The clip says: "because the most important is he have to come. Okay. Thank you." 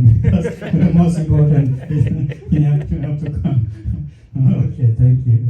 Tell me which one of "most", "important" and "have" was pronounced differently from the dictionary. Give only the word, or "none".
have